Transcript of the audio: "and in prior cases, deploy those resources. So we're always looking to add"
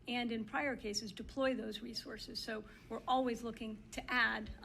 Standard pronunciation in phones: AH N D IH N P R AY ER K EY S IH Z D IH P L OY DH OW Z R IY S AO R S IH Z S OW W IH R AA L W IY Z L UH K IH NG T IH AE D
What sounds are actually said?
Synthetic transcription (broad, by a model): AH N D IH N P R AY ER K EY S IH Z D IH P L OY DH OW Z R IY S AO R S IH Z S OW W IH R AA L W IY Z L UH K IH NG T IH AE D